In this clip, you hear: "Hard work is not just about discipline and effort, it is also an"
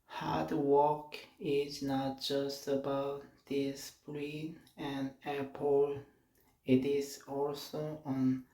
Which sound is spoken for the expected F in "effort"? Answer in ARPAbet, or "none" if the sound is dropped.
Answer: P